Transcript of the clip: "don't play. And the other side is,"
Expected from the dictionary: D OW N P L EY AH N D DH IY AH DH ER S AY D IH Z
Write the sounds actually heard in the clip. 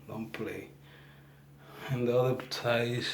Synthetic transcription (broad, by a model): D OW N P L EY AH N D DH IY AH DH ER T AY IH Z